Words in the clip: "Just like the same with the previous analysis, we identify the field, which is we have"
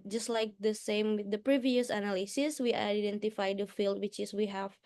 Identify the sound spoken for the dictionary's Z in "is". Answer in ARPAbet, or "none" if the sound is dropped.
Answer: S